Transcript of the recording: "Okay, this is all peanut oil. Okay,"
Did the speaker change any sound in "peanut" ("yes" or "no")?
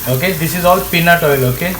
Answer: no